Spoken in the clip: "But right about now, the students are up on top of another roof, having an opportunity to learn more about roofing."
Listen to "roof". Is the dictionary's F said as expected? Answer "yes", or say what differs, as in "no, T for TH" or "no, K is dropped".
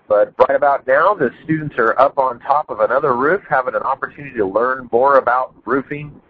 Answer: yes